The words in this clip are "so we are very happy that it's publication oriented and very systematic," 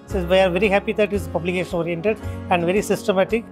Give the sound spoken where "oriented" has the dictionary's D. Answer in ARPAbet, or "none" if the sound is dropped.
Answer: D